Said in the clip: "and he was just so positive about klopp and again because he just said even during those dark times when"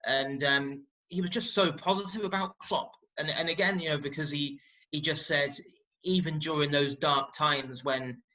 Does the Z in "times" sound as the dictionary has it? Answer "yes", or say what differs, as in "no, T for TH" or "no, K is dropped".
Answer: yes